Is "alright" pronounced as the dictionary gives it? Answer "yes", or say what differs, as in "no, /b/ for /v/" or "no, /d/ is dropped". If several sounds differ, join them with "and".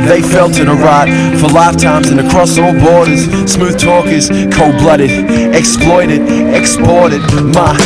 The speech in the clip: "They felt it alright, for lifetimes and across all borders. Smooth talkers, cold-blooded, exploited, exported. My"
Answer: no, /l/ is dropped